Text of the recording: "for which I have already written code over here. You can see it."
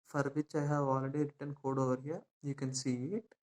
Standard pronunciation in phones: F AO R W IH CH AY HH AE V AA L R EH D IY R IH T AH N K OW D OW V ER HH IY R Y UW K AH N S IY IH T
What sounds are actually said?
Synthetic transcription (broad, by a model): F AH R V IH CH AY HH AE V AA L R EH D IY R IH T AH N K OW D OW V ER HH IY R Y UW K AH N S IY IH T